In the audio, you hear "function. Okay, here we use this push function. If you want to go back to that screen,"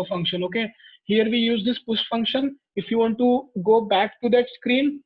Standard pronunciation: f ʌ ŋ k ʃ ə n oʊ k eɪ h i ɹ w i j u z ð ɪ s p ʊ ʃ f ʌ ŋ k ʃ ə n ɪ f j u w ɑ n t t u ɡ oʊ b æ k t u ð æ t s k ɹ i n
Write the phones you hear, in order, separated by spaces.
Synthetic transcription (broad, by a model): f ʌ ŋ k ʃ ə n oʊ k eɪ h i ɹ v i j u z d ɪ s p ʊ s f ʌ ŋ k ʃ ə n ɪ f j u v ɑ n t t u ɡ oʊ b æ k t u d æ t s k ɹ i n